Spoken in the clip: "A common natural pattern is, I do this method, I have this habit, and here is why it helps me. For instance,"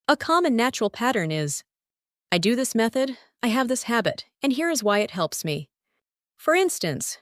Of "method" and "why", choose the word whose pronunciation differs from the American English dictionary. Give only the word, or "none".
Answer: none